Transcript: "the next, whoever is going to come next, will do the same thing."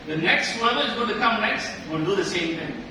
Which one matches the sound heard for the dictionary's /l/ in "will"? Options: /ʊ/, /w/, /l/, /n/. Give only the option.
/n/